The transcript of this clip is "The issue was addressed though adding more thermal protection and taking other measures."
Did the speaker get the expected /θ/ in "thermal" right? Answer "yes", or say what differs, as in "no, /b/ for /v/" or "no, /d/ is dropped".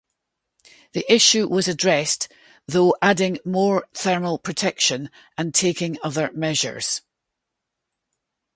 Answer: yes